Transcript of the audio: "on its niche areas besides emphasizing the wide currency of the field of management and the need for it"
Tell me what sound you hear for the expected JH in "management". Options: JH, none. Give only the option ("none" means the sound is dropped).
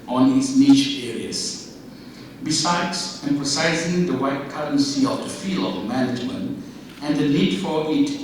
JH